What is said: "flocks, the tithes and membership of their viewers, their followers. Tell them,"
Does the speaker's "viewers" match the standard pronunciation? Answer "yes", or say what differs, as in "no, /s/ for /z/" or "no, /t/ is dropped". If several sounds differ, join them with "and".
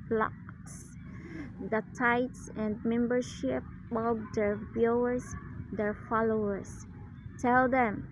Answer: no, /b/ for /v/